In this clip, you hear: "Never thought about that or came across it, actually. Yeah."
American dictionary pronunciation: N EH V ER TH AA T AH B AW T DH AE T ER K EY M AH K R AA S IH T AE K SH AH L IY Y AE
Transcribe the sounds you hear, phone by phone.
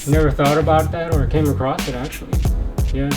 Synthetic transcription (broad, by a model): N EH V ER TH AA T AH B AW T DH AE T ER K EY M AH K R AA S IH T AE K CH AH L IY Y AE